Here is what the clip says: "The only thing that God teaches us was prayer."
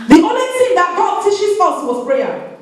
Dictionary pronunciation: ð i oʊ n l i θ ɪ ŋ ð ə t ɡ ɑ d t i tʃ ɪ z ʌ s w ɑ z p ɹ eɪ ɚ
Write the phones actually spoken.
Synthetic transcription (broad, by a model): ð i oʊ n l i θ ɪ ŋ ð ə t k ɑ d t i ʃ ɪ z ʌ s w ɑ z p ɹ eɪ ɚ